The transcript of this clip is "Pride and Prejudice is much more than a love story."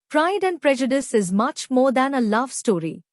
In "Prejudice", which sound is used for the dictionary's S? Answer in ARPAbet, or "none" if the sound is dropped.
S